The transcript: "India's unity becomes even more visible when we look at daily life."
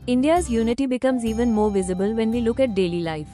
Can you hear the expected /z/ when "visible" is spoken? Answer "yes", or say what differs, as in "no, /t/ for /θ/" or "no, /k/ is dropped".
yes